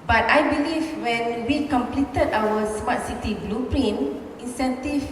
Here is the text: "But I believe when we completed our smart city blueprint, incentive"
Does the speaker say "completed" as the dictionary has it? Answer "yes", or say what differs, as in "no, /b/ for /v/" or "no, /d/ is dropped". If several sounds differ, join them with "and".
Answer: yes